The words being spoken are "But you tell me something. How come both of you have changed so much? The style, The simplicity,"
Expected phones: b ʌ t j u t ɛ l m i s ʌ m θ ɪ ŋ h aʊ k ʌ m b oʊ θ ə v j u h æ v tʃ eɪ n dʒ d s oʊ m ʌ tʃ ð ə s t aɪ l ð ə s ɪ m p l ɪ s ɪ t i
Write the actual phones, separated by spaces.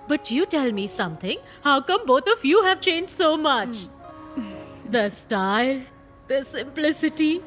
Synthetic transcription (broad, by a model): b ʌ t j u t ɛ l m i s ʌ m t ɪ ŋ h aʊ k ʌ m b oʊ t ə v j u h æ v tʃ eɪ n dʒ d s oʊ m ʌ tʃ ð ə s t aɪ l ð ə s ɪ m p l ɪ s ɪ t i